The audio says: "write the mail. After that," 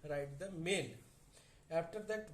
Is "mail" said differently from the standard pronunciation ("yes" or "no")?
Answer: yes